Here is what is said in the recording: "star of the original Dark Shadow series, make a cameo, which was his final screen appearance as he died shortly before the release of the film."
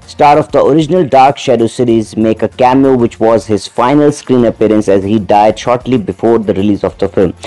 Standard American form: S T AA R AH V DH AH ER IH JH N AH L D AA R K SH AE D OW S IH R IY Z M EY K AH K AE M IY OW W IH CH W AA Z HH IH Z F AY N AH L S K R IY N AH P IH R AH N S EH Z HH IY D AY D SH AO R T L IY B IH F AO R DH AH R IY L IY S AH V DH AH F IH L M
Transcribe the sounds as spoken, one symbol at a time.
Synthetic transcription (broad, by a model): S T AA R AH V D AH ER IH JH N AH L D AA R K SH AE D OW S IH R IY Z M EY K AH K AE M IY OW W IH CH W AA Z HH IH Z F AY N AH L S K R IY N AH P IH R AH N S EH Z HH IY D AY D SH AO R T L IY B IH F AO R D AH R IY L IY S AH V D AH F IH L M